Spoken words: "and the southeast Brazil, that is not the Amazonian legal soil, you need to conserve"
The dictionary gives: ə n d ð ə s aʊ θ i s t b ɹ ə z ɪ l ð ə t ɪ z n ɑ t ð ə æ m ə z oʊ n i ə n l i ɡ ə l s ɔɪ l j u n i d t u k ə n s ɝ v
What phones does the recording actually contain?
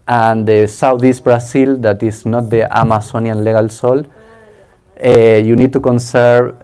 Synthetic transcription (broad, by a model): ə n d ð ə s aʊ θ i s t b ɹ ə s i l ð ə t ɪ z n ɑ t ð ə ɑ m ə s oʊ n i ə n l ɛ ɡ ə l s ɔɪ l j u n i d t u k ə n s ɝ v